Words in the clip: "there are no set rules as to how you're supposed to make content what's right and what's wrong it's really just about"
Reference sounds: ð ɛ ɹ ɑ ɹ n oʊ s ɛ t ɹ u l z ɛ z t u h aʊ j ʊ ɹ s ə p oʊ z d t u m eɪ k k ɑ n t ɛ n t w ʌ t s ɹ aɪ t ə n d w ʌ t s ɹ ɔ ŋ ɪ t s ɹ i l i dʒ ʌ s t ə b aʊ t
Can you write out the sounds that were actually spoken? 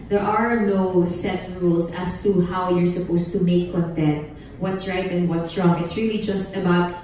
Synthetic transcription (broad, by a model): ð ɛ ɹ ɑ ɹ n oʊ s ɛ t ɹ u l s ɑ s t u h aʊ j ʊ ɹ s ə p oʊ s t u m eɪ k k ɑ n t ɛ n t w ʌ t s ɹ aɪ t ə n d w ʌ t s ɹ ɔ ŋ ɪ t s ɹ i l i dʒ ʌ s t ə b aʊ t